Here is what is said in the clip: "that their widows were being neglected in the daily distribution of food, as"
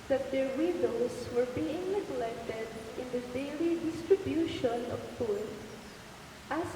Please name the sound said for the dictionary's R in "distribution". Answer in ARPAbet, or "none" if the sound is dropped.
R